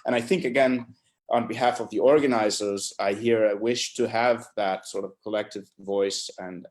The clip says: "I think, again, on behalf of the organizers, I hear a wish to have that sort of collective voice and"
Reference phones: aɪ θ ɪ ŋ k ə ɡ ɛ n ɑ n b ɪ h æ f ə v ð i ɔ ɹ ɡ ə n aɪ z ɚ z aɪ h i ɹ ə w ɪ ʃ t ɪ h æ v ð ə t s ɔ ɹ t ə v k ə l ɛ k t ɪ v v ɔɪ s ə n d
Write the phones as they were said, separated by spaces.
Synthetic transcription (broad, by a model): aɪ θ ɪ ŋ k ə ɡ ɛ n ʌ n b ɪ h æ f ə v ð i ɔ ɹ ɡ ə n aɪ z ɚ z aɪ h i ɹ ə w ɪ ʃ t ɪ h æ v ð ə t s ɔ ɹ t ə v k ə l ɛ k t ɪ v v ɔɪ s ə n